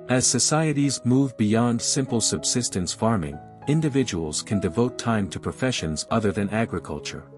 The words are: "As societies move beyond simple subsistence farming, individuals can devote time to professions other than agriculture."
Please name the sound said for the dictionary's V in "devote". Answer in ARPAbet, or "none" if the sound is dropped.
V